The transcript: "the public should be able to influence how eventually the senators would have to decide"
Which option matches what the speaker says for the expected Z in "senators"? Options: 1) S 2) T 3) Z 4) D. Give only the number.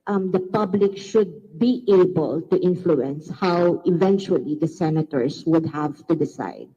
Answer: 1